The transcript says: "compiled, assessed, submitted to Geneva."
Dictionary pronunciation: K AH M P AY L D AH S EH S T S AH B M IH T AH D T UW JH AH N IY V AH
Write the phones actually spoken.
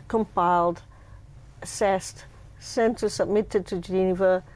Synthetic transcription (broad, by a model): K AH M P AY L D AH S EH S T S AH B M IH T AH D T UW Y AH N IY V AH